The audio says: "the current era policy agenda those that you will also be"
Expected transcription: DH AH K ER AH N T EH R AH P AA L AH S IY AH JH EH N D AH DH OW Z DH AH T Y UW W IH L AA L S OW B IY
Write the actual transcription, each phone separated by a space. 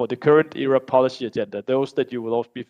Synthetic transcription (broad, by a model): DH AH K ER AH N T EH R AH P AA L AH S IY AH JH EH N D AH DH OW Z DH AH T Y UW W IH L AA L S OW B IY